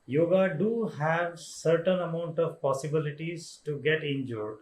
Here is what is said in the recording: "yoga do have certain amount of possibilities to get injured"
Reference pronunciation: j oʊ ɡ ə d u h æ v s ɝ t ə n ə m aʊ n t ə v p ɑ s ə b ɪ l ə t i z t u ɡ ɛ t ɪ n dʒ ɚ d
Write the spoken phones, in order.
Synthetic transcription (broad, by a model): j oʊ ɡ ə d u h æ v s ɝ t ə n ə m aʊ n t ə v p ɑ s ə b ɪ l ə t i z t u ɡ ɛ t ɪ n dʒ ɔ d